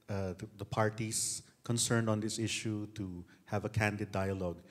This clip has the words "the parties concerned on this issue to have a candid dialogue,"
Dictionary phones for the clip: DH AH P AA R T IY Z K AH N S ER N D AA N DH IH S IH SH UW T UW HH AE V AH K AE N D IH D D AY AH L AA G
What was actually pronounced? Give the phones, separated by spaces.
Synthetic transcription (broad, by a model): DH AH P AA R T IY S K AH N S ER N D AA N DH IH S IH SH UW T UW HH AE V AH K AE N D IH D D AY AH L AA G